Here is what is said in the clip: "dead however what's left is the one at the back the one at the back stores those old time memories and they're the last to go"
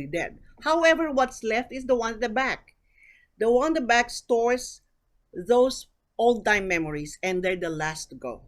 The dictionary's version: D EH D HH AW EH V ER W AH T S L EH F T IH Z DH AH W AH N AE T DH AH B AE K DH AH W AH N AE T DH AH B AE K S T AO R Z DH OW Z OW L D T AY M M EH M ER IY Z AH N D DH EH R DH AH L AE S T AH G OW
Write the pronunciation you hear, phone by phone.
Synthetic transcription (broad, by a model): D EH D HH AW EH V ER W AH T S L EH F T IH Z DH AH W AH N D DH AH B AE K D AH W AH N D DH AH B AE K S T AO R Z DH OW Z OW L D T AY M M EH M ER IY S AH N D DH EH R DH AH L AE S T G OW